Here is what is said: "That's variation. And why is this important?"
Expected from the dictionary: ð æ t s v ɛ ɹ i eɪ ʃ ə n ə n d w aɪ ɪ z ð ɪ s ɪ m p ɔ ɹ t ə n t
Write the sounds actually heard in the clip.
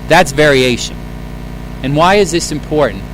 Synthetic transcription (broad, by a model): ð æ t s v ɛ ɹ i eɪ ʃ ə n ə n w aɪ ɪ z ð ɪ s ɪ m p ɔ ɹ t n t